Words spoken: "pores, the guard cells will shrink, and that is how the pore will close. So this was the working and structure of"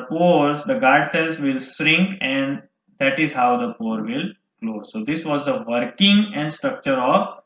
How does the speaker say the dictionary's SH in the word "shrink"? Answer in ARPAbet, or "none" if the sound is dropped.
S